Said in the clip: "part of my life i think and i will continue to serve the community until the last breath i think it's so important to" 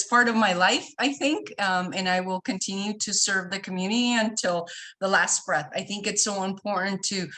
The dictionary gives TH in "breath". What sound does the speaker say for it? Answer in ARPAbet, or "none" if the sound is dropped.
TH